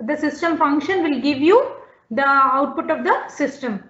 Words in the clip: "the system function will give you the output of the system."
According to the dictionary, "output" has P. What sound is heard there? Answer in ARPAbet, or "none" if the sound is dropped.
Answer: P